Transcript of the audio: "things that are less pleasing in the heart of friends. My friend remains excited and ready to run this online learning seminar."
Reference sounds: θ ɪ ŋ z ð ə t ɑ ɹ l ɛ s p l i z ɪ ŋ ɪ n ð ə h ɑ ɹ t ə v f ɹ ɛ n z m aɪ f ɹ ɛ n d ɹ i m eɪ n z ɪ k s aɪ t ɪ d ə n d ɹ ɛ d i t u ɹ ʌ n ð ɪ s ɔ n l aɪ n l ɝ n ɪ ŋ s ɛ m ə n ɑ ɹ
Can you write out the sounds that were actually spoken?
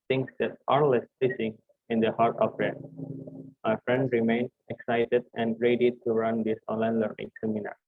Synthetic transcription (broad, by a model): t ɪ ŋ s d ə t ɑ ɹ l ɛ s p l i s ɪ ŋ ɪ n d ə h ɑ ɹ t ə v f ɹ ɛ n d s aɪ f ɹ ɛ n d ɹ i m eɪ n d ɪ k s aɪ t ɪ d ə n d ɹ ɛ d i t u ɹ ʌ n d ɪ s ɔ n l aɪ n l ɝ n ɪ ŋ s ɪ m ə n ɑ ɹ